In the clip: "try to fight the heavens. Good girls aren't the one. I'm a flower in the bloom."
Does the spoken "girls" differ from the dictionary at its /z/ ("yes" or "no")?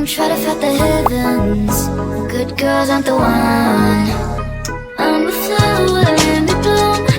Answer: no